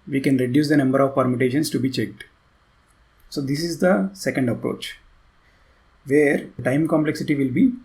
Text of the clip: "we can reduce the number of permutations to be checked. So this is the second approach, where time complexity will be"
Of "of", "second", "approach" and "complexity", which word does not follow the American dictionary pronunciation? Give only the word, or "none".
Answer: none